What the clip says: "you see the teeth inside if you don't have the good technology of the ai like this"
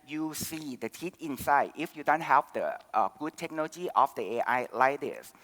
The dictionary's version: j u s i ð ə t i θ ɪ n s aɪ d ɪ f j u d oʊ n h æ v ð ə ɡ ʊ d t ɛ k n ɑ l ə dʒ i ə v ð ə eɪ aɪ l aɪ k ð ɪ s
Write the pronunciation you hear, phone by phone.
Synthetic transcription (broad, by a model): j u s i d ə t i t ɪ n s aɪ d ɪ f j u d oʊ n h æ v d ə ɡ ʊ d t ɛ k n ɑ l ə dʒ i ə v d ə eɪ aɪ l aɪ k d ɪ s